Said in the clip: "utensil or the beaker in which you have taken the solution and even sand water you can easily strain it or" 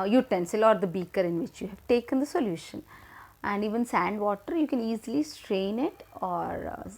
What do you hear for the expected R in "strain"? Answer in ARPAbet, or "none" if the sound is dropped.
R